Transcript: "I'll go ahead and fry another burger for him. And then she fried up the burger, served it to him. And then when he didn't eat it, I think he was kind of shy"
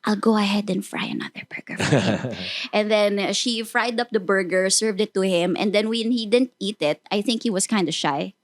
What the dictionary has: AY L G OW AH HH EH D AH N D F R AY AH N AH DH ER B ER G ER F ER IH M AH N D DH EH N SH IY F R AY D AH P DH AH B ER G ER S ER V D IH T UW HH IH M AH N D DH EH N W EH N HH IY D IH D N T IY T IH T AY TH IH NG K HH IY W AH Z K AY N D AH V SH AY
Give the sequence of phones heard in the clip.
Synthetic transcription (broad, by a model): AY L G OW AH HH EH D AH N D F R AY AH N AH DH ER B ER G ER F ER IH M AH N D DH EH N SH IY F R AY D AH P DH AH B ER G ER S ER V D IH T UW HH IH M AH N D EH N W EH N HH IY D IH D N T IY T IH T AY TH IH NG K HH IY W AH S K AY N D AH SH AY